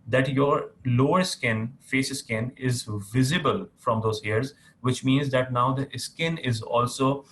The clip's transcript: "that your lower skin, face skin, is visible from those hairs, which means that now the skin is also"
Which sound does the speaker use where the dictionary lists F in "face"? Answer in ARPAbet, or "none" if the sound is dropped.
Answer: F